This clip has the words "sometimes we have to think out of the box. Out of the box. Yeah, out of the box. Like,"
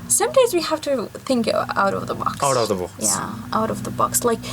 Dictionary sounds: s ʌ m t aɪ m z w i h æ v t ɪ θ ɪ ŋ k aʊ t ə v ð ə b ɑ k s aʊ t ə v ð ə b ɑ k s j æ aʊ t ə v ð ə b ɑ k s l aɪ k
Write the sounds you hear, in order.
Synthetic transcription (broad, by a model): s ʌ m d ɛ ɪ z w i h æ f t ɪ θ ɪ ŋ k aʊ t ə v ð ə b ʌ k aʊ t ə v ð ə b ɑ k j æ aʊ t ə v ð ə b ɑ k s l aɪ k